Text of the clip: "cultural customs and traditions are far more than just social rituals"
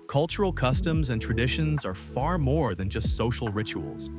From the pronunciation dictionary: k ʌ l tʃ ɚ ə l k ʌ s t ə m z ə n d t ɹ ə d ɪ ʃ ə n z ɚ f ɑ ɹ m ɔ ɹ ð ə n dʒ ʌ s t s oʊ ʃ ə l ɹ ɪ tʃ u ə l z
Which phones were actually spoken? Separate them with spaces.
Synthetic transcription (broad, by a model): k ʌ l tʃ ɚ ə l k ʌ s t ə m z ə n t ɹ ə d ɪ ʃ ə n z ɚ f ɑ ɹ m ɔ ɹ ð ə n dʒ ʌ s t s oʊ ʃ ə l ɹ ɪ tʃ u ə l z